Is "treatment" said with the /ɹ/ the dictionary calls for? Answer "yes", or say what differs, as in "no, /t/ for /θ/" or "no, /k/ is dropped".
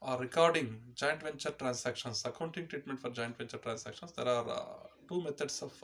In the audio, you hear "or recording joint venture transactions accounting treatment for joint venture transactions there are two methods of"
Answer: yes